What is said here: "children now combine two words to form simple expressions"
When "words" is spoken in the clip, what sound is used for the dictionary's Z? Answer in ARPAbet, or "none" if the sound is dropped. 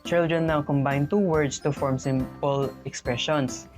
S